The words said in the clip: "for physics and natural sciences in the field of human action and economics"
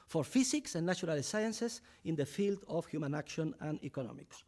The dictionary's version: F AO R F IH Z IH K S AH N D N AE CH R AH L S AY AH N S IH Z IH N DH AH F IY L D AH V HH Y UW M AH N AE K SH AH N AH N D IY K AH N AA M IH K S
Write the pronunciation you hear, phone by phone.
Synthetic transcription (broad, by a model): F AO R F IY S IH K S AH N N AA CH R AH L S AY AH N S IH S IH N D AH F IY L D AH F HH Y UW M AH N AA K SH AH N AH N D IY K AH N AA M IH K S